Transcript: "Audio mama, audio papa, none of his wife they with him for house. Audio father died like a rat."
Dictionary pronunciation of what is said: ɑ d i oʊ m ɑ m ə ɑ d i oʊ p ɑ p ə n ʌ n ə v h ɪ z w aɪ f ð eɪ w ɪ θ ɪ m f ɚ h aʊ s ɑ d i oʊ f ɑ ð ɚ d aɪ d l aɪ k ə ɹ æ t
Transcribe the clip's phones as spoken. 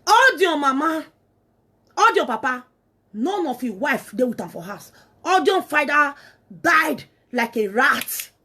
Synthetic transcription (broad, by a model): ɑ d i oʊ m ɑ m ə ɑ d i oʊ p ɑ p ə n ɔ n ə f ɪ w aɪ f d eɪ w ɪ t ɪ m f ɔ h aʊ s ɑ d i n f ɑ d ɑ d aɪ d l aɪ k ə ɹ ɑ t